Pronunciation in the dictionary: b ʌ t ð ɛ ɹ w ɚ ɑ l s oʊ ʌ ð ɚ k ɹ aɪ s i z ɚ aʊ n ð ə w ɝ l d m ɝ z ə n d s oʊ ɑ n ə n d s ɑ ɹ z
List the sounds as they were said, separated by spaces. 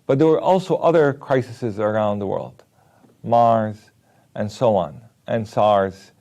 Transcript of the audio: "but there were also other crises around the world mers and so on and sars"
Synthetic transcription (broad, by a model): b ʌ t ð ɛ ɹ w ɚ ɑ l s oʊ ʌ ð ɚ k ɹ aɪ s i z ɚ aʊ n ð ə w ɝ l d m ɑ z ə n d s oʊ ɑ n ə n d s ɑ ɹ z